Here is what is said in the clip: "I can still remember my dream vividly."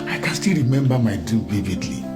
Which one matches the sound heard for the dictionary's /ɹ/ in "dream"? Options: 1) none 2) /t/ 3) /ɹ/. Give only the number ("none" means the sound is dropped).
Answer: 1